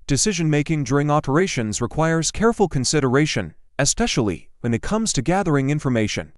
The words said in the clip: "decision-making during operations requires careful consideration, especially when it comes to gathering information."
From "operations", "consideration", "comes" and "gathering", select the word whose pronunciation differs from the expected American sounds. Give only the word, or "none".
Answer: none